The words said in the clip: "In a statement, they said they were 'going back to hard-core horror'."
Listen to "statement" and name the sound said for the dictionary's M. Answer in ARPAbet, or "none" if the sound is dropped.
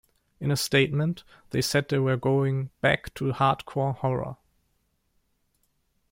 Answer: M